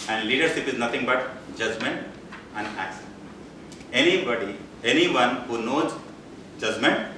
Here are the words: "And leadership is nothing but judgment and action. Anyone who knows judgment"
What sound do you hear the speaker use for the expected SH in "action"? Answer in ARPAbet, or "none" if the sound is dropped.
S